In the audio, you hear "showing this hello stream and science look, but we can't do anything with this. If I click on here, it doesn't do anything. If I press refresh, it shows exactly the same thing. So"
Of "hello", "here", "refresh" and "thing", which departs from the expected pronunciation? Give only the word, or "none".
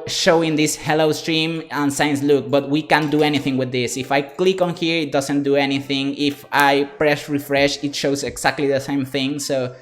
none